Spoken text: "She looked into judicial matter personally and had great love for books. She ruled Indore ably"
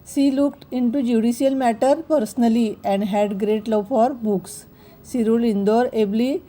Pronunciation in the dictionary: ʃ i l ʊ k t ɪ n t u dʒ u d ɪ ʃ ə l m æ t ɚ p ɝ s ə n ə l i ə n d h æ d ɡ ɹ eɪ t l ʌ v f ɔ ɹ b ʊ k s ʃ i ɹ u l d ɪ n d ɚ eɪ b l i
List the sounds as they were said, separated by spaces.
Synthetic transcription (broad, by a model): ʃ i l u k t ɪ n t u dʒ u d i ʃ ə l m æ t ɚ p ɝ s ə n ə l i ə n d h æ d ɡ ɹ eɪ t l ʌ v f ɔ ɹ b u k s i ɹ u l i n d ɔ eɪ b l i